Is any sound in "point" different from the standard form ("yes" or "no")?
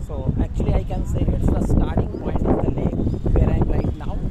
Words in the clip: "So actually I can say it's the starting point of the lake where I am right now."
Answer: yes